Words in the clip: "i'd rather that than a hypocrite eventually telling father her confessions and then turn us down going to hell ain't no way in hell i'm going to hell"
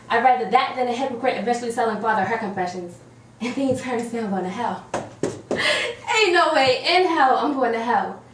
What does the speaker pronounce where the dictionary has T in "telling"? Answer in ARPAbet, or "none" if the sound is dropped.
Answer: S